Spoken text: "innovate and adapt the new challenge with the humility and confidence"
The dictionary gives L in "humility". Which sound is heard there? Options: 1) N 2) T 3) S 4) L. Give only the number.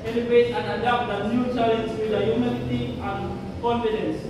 1